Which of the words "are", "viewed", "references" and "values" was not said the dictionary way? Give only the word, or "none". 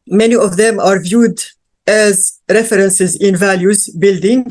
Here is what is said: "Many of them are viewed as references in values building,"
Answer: none